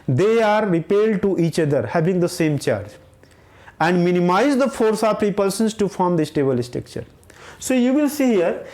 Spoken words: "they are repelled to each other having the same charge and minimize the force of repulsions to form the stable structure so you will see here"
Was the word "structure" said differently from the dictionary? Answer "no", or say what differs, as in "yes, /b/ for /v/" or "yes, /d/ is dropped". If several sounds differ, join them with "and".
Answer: yes, /ɹ/ is dropped